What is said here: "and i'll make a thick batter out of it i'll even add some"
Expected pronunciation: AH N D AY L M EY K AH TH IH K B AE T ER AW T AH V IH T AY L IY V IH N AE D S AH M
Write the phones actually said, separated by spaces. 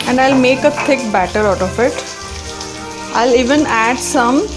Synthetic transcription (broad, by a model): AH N D AY L M EY K AH T IH K B AE T ER AW T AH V IH T AY L IY V IH N AE D S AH M